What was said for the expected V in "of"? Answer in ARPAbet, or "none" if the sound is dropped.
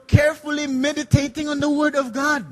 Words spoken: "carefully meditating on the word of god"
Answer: V